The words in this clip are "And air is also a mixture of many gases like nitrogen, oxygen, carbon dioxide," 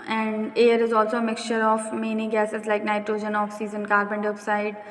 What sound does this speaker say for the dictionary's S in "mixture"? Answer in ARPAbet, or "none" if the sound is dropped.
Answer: S